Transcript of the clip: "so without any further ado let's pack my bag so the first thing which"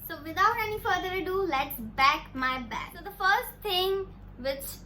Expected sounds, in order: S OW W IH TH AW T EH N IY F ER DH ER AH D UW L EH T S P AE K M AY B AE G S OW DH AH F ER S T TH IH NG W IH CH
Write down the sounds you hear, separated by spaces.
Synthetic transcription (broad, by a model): S OW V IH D AW T EH N IY F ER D ER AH D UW L EH T S B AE K M AY B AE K S OW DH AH F ER S T T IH NG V IH CH